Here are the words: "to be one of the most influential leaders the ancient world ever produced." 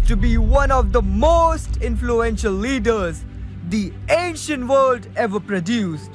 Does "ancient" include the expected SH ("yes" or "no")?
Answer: yes